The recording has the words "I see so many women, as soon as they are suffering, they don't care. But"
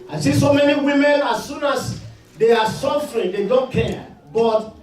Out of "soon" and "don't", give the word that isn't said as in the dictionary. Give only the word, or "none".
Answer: none